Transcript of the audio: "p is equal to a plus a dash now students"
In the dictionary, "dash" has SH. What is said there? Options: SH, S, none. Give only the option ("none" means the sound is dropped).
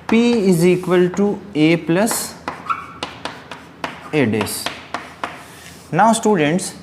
S